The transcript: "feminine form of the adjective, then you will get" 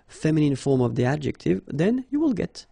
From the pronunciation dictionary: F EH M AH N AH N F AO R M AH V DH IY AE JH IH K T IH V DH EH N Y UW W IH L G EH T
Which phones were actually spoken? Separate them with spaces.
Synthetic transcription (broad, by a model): F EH M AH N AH N F AO R M AH V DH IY AE JH IH K T IH V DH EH N Y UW W IH L G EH T